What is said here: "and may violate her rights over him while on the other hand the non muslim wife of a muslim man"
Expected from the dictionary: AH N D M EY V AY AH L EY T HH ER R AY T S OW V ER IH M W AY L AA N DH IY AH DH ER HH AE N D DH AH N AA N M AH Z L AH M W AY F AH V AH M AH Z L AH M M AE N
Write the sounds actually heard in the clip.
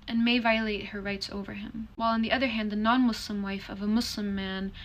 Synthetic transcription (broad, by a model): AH N M EY V AY AH L EY T HH ER R AY T S OW V ER IH M W AY L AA N DH IY AH DH ER HH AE N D DH AH N AA N M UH S L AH M W AY F AH V AH M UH S L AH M M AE N